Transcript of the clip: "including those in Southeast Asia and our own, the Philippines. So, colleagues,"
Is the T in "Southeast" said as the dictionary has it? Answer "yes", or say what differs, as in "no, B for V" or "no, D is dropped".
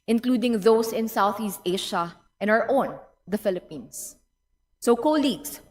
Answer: yes